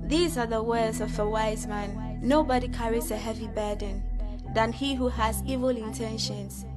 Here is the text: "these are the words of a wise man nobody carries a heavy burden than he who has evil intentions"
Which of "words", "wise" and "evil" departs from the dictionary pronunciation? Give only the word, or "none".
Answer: none